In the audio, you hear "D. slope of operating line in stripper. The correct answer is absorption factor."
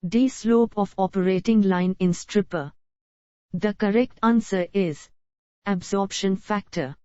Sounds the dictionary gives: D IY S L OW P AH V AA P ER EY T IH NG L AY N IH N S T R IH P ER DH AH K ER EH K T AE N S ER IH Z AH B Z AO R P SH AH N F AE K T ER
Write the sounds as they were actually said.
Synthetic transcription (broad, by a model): D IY S L OW P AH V AA P ER EY T IH NG L AY N IH N S T R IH P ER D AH K ER EH K T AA N S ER IH Z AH B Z AO R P SH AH N F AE K T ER